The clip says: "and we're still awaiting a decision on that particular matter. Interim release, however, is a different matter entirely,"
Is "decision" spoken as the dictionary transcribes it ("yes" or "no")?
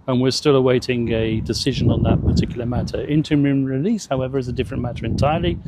yes